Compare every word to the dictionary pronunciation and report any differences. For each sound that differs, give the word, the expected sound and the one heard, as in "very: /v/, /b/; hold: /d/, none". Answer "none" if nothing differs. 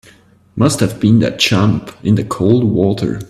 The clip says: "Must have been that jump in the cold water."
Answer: jump: /dʒ/, /tʃ/